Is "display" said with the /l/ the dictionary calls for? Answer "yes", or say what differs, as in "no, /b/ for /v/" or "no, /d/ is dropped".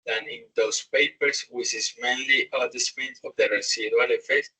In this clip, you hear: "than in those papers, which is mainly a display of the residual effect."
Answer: no, /n/ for /l/